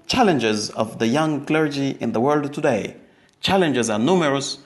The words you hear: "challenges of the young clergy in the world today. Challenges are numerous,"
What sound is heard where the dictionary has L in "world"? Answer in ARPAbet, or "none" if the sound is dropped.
L